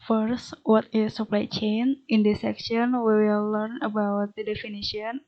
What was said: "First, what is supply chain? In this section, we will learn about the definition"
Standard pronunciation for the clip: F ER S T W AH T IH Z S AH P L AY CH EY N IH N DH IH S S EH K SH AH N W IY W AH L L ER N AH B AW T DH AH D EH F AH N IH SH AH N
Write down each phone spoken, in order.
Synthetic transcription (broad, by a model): F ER S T W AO T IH S AH P L AY CH EY N IH N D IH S S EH K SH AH N W IY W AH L L ER N AH B AW T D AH D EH F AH N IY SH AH N